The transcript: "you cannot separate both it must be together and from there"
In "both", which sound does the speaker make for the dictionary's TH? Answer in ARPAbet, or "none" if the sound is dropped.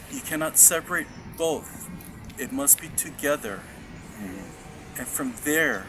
TH